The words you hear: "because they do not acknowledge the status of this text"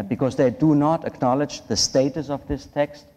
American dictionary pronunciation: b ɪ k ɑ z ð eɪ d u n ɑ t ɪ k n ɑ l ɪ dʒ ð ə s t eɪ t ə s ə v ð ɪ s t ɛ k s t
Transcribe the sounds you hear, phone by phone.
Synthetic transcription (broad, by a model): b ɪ k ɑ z ð eɪ d u n ɑ t ɪ k n ɑ l ɪ dʒ ð ə s t eɪ t ə s ə v ð ɪ s t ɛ k s t